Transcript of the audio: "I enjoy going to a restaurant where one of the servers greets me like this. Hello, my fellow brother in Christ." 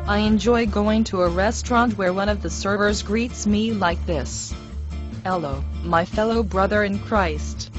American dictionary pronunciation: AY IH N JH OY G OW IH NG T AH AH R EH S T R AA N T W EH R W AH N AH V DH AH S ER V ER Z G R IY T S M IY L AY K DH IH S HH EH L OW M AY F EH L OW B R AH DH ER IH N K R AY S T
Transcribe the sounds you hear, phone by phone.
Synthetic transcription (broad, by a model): AY IH N JH OY G OW IH NG T AH AH R EH S T R AA N T W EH R W AH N AH V DH AH S ER V ER Z G R IY T S M IY L AY K DH IH S EH L OW M AY F EH L OW B R AH DH ER IH N K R AY S T